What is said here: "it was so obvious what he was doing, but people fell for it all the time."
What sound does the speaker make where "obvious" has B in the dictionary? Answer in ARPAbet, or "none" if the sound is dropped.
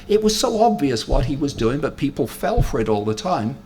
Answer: B